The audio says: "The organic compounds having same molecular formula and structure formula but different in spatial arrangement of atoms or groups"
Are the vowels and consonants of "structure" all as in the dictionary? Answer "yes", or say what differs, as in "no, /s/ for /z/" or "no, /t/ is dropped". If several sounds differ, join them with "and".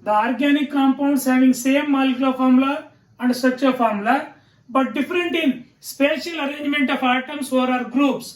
no, /k/ is dropped